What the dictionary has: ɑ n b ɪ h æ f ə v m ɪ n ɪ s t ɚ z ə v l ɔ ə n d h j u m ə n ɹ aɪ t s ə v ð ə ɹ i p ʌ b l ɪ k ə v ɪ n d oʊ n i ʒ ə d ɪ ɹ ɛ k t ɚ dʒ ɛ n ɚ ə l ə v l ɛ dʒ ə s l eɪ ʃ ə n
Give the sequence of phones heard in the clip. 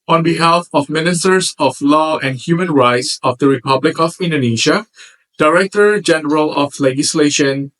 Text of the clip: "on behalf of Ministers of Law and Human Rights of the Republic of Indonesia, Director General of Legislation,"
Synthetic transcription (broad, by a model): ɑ n b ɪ h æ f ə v m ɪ n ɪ s t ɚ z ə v l ɔ ə n d h j u m ə n ɹ aɪ t s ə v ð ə ɹ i p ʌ b l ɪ k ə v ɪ n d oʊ n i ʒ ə d ɪ ɹ ɛ k t ɚ dʒ ɛ n ɚ ə l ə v l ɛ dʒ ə s l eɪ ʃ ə n